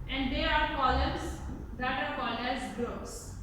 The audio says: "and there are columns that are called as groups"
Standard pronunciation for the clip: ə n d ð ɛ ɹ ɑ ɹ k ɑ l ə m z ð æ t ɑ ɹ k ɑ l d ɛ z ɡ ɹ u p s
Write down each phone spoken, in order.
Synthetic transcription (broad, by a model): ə n d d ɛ ɹ ɑ ɹ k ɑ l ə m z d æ t ɑ ɹ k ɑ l ɛ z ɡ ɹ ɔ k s